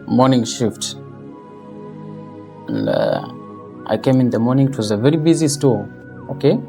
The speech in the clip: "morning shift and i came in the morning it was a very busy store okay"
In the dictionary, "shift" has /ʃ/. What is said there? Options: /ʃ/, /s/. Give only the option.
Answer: /ʃ/